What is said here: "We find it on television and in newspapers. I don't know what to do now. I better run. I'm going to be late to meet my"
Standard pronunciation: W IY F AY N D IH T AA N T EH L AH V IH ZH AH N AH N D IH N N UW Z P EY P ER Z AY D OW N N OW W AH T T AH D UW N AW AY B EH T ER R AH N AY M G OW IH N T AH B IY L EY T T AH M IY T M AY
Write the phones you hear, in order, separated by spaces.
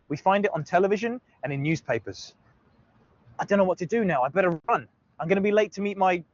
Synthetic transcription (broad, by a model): W IY F AY N D IH T N T EH L AH V IH ZH AH N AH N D IH N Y UW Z P EY P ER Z AY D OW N N OW W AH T T AH D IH N AW AY B EH T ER R AH N AY M G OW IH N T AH B IY L EY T T AH M IY T M AY